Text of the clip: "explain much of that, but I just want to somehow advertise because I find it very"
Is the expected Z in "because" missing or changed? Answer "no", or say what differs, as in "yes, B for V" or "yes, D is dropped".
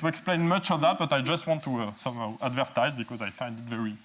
no